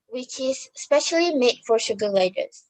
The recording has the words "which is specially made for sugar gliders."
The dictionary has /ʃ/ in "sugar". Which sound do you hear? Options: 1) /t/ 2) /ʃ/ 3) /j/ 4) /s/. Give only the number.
2